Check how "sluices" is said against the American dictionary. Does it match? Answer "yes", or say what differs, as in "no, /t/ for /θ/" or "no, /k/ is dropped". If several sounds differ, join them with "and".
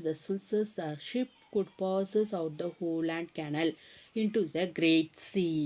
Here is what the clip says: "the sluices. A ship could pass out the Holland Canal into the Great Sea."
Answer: no, /l/ is dropped